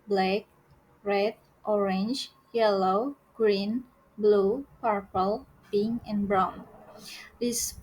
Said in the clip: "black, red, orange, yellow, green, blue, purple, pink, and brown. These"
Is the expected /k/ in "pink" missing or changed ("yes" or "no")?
yes